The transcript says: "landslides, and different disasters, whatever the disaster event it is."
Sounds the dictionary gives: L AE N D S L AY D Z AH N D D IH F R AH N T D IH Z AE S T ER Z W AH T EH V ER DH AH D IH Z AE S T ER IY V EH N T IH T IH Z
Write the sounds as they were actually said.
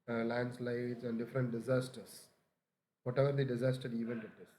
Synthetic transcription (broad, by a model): L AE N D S L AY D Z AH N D D IH F R AH N T D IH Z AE S T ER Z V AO T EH V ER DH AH D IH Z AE S T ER IY V EH N T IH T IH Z